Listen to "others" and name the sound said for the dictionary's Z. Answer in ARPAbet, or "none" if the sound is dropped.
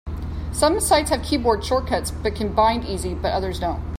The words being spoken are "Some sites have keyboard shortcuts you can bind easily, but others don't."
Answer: Z